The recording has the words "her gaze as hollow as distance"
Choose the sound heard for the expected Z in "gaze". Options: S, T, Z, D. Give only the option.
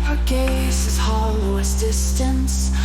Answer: S